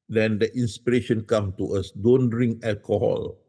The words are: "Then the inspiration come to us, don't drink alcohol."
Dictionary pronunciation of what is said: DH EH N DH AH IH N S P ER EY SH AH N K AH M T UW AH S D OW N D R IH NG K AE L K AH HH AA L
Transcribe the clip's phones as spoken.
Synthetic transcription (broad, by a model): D EH N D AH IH N S P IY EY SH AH N K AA M T UW AH S D OW N D R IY NG AE L K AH HH AA L